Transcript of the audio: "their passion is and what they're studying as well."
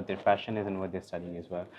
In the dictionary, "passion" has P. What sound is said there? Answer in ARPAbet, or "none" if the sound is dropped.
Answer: F